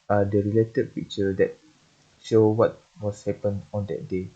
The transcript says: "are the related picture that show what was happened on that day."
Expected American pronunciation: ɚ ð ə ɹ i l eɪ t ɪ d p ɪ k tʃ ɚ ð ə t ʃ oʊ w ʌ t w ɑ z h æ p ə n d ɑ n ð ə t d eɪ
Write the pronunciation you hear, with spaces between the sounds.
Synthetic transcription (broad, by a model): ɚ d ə ɹ i l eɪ t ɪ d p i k tʃ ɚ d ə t ʃ oʊ w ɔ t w ɑ s h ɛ p ə n ɑ n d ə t d eɪ